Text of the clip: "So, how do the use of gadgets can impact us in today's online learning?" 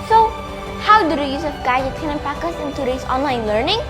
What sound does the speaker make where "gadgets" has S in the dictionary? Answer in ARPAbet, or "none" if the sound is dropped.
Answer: none